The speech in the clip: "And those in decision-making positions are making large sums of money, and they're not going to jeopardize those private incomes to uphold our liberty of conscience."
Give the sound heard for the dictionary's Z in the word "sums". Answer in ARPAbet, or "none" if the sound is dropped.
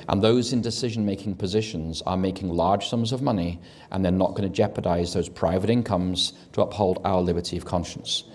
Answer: Z